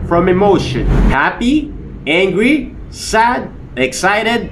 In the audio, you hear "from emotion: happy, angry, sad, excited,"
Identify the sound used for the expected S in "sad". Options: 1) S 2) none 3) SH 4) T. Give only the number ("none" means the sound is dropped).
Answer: 1